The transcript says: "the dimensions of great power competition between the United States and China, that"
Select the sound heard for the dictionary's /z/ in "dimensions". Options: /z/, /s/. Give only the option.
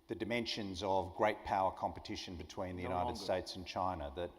/z/